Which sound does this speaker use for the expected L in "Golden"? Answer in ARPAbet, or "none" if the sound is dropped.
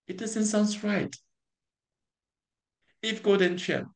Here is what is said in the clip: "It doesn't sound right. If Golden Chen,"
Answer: none